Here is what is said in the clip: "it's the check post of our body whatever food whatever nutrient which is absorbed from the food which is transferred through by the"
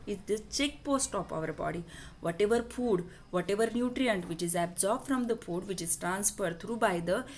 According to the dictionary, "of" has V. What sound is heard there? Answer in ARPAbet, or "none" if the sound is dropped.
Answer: P